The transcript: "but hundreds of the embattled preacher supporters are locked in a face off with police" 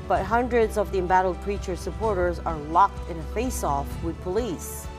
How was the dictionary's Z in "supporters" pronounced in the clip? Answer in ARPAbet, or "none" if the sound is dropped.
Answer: Z